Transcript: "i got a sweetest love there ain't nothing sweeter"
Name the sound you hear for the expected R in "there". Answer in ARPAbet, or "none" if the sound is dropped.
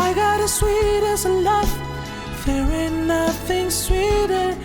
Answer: W